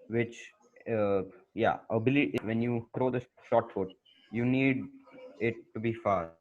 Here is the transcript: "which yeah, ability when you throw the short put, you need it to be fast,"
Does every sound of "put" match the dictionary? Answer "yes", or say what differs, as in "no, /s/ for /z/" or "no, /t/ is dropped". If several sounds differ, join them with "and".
no, /f/ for /p/